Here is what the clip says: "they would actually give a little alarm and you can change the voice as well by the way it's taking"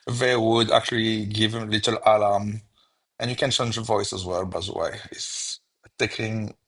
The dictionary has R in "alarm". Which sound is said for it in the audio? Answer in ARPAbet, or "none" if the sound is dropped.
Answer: L